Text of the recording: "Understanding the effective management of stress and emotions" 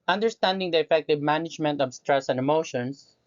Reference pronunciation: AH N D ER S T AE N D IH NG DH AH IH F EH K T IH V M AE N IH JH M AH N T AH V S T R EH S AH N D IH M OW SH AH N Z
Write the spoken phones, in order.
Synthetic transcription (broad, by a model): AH N D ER S T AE N D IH NG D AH IH F EH K T IH V M AE N IH JH M AH N T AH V S T R EH S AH N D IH M OW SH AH N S